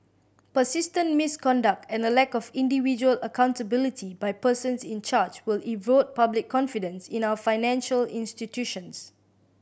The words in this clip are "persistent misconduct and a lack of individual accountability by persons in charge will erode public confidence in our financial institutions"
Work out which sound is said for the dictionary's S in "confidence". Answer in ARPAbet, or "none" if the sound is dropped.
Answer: S